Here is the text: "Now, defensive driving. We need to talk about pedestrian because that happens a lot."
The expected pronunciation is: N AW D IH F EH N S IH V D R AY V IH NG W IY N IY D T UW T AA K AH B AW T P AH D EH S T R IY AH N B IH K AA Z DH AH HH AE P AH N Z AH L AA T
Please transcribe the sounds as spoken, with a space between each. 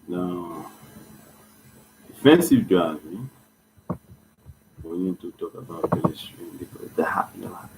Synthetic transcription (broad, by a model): N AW D IH F EH N S IH V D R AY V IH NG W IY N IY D T UW T AA K AH B AW T B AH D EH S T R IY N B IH K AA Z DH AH HH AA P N AH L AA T